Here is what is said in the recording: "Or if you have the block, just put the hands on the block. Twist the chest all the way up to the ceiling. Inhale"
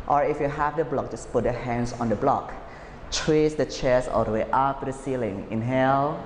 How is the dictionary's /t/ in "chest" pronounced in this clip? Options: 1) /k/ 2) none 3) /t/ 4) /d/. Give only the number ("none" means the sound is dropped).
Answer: 2